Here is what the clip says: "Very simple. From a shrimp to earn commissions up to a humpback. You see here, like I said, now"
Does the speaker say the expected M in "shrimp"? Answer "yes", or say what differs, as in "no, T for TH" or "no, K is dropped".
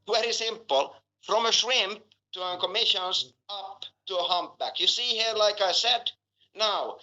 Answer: yes